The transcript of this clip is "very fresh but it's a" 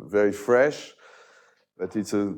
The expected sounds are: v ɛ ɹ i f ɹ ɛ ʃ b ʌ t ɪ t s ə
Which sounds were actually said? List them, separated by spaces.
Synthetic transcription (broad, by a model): v ɛ ɹ i f ɹ ɛ ʃ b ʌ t ɪ t s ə